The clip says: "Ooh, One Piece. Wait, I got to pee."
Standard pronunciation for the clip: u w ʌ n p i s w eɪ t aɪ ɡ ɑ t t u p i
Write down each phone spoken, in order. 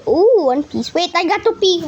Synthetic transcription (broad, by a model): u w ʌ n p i s w eɪ t aɪ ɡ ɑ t t u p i